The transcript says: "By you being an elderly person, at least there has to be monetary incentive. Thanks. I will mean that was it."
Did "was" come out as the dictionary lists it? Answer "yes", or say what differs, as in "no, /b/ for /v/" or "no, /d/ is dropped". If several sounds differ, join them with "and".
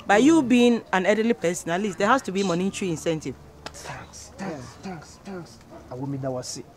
no, /s/ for /z/